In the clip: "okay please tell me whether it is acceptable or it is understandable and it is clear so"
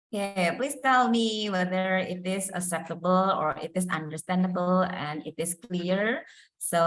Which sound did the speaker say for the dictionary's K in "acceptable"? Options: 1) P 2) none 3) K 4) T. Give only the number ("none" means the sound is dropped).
2